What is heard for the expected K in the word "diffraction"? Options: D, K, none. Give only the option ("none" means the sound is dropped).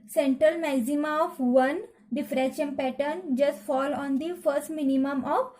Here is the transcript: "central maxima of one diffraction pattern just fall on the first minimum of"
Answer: none